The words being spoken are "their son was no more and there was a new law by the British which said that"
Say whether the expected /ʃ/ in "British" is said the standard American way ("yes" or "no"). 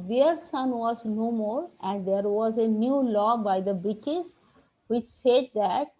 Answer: no